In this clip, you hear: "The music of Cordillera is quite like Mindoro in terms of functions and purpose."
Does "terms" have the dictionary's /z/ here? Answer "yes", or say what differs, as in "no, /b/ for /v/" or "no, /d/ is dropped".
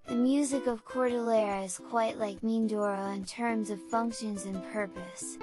yes